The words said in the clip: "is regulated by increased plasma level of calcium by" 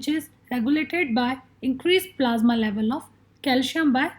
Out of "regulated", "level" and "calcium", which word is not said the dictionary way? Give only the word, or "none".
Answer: calcium